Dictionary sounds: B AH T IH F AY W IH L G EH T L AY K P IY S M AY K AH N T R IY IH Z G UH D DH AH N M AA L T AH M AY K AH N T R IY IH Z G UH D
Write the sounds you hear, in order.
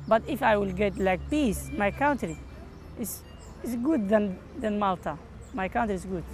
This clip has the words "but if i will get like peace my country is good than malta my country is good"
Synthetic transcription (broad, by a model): B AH T IH F AY W IH L G EH T L AY K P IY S M AY K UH N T R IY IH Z G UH D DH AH N M AA L T AH M AY K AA N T R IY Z G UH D